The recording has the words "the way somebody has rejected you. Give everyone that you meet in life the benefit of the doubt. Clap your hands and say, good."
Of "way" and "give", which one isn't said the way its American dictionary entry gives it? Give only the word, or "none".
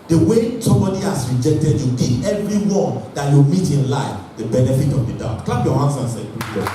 give